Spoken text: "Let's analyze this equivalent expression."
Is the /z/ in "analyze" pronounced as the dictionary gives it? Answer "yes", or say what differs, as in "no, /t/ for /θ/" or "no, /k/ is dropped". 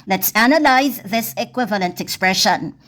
yes